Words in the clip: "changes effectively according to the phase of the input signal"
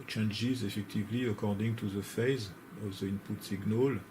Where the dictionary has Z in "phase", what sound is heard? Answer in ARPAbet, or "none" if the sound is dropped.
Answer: Z